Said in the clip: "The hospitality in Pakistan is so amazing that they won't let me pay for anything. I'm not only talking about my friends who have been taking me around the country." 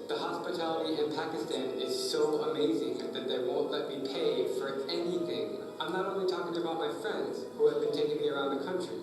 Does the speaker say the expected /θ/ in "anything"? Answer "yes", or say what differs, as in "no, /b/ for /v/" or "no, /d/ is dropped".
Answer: yes